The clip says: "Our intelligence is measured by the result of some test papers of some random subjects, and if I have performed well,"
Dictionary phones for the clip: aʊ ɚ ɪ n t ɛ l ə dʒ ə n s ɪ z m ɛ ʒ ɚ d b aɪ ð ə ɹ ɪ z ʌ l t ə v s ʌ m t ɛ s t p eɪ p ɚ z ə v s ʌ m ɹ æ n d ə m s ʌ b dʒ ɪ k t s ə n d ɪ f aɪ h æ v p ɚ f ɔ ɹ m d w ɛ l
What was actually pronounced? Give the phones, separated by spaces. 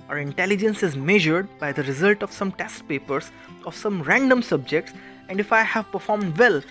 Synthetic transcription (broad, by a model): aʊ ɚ ɪ n t ɛ l ə dʒ ə n s ɪ z m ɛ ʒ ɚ d b aɪ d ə ɹ ɪ z ʌ l t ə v s ʌ m t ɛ s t p eɪ p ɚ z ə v s ʌ m ɹ æ n d ə m s ʌ b dʒ ɪ k t s ə n d ɪ f aɪ h æ v p ɚ f ɔ ɹ m d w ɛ l